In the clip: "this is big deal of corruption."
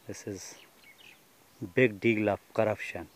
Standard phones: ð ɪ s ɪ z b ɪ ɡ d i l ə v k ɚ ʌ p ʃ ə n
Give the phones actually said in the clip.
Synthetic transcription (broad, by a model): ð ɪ s ɪ z b ɪ ɡ d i l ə f k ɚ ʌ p ʃ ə n